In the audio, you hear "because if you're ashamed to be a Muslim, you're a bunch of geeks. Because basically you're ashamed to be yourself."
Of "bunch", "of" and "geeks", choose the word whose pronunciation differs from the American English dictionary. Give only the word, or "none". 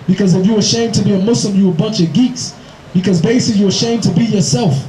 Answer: none